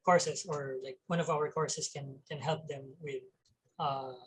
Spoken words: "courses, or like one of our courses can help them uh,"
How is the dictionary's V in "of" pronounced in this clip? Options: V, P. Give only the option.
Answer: V